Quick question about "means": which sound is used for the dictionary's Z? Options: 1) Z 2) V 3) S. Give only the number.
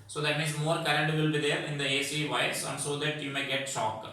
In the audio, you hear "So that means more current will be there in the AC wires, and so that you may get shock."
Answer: 3